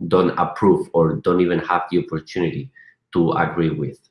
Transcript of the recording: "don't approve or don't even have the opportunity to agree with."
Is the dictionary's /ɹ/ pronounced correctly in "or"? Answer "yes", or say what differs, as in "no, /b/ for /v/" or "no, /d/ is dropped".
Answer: yes